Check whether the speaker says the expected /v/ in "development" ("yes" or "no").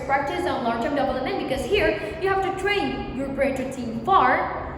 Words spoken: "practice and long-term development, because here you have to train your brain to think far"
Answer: no